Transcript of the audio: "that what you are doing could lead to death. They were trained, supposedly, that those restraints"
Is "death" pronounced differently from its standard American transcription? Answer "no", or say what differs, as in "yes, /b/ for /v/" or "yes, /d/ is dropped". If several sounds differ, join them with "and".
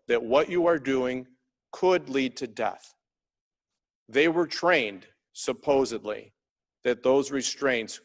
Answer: no